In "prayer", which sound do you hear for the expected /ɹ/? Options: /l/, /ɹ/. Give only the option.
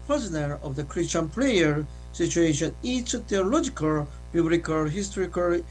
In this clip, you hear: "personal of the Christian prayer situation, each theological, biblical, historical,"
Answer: /l/